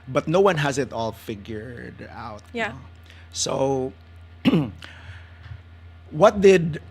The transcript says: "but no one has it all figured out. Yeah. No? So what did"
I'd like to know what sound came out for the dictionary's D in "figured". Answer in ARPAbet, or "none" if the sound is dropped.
D